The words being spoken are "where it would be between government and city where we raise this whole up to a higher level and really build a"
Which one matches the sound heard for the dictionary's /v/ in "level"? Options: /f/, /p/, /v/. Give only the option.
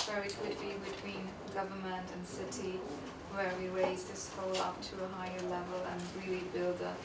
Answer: /v/